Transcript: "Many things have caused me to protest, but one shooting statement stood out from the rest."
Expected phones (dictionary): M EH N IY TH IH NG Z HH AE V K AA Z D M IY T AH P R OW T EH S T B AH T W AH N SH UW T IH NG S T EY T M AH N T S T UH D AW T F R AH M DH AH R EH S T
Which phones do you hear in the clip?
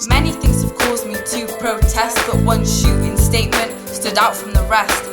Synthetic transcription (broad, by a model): M EH N IY TH IH NG Z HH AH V K AA Z D M IY T AH P R OW T EH S T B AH T W AH N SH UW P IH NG S T EY T M AH N T S T UH D AW T F R AH M DH AH R EH S T